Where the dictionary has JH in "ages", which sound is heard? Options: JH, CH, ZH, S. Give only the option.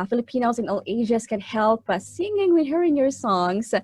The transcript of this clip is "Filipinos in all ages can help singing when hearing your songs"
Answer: ZH